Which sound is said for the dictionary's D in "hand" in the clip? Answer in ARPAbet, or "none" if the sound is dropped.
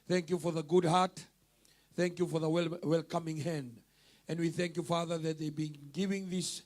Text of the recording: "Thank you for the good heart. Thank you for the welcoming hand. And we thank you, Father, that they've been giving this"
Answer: D